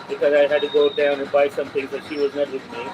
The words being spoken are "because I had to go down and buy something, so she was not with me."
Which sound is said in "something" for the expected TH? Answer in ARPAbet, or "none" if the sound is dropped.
T